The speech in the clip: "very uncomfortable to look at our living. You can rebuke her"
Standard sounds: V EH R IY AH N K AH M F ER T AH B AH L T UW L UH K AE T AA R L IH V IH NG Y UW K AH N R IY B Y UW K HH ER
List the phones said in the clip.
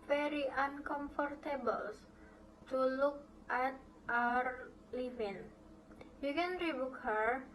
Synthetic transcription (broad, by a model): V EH R IY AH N K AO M F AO T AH B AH L T UW L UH K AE T AA R L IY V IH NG Y UW K AH N R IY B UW K HH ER